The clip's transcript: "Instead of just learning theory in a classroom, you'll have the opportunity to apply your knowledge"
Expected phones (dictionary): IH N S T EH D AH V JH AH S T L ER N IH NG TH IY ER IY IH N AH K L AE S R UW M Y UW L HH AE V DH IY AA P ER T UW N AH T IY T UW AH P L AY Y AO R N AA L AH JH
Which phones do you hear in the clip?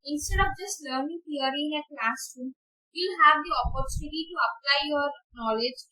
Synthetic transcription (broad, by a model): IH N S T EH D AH P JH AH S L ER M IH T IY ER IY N AH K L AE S UW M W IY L HH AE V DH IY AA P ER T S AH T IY T UW AH P L AY Y AO R N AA L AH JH